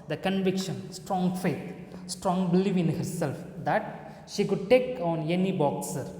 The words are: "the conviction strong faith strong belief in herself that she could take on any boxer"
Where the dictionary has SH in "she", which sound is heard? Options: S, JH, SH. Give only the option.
SH